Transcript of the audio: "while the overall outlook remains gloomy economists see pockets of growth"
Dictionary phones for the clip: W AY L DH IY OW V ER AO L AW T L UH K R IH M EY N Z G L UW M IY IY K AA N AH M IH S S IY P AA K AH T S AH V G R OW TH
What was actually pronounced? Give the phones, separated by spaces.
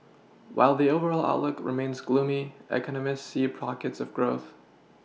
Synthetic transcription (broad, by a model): W AY L DH IY OW V ER AO L AW T L UH K R IH M EY N Z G L UW M IY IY K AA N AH M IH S S IY P AA K AH T S AH V G R OW TH